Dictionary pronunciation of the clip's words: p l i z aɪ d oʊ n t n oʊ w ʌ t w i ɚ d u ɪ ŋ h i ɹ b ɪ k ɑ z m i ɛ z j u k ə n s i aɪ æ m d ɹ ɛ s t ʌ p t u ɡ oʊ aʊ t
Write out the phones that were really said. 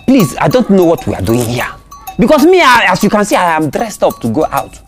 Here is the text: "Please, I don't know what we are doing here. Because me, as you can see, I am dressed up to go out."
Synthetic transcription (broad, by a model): p l i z aɪ d oʊ n t n oʊ w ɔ t w i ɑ d u ɪ ŋ h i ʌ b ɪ k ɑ s m i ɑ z j u k ə n s i aɪ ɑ m d ɹ ɛ s t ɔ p t u ɡ oʊ aʊ t